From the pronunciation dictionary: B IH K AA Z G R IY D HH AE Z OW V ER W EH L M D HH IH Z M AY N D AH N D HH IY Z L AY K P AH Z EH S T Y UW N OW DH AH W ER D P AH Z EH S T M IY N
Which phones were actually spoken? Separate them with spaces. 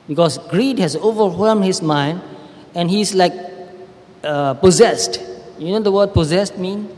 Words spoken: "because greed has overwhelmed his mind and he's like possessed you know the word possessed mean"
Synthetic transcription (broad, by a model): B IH K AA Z G R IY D HH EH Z OW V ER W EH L M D HH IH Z M AY N D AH N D HH IY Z L AY K P AH Z EH S T Y UW N OW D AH W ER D P AH Z EH S T M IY N